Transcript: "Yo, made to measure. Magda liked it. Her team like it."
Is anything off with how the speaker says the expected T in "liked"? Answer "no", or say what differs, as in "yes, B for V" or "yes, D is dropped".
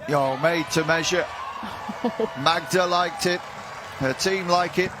no